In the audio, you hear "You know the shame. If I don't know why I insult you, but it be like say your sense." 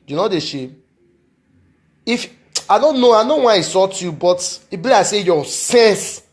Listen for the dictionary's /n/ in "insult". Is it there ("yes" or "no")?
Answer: no